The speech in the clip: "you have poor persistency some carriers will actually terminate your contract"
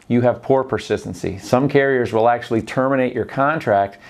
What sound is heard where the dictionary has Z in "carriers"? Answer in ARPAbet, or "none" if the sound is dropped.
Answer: Z